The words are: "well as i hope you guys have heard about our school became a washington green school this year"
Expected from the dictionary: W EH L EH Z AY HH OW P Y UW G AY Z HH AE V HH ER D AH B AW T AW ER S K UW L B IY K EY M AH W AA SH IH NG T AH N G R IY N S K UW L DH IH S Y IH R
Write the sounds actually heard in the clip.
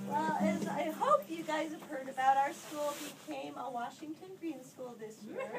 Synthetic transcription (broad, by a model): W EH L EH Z AY HH OW P Y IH G AY Z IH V HH ER D AH B AW T AW ER S K UW L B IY K EY M AH W AA SH IH NG T AH N G R IY N S K UW L DH IH S Y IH R